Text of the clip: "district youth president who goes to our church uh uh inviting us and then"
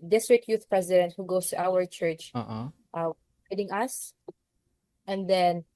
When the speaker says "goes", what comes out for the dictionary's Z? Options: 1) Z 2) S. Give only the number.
2